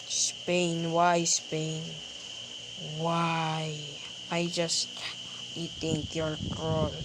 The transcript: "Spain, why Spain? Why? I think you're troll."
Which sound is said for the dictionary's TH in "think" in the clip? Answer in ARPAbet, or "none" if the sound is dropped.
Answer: T